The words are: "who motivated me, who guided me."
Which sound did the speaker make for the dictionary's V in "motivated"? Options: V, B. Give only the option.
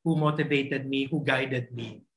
B